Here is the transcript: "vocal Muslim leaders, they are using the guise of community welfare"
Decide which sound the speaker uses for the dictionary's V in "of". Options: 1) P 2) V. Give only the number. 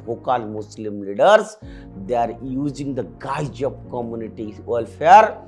1